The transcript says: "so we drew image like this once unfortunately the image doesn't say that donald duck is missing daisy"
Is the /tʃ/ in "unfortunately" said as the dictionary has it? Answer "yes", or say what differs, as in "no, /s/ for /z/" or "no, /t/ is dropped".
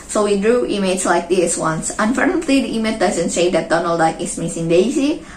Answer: no, /tʃ/ is dropped